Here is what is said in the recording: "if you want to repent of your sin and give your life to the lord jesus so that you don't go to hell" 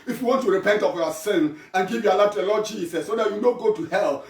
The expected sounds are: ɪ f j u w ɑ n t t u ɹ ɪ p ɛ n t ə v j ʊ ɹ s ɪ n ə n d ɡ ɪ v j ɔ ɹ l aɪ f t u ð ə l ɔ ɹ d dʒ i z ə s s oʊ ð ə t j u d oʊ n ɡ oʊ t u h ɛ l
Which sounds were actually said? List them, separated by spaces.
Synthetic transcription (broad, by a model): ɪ f j u w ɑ n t t u ɹ ɪ p ɛ n t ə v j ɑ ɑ s ɪ n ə n ɡ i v j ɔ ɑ l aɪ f t u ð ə l ɔ d dʒ i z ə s s oʊ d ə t j u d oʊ ɡ oʊ t u h ɛ l